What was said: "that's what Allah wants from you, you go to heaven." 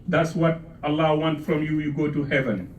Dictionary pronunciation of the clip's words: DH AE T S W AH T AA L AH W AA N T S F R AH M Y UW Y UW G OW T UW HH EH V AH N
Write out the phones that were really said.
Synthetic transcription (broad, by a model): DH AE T S W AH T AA L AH W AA N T F R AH M Y UW Y UW G OW T UW HH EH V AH N